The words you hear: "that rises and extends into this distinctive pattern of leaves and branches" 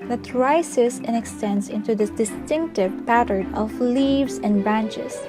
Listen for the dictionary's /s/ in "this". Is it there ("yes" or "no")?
no